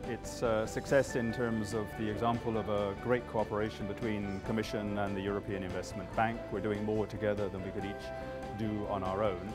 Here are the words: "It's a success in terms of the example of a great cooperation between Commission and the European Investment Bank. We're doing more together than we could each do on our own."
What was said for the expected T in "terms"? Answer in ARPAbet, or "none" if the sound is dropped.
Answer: T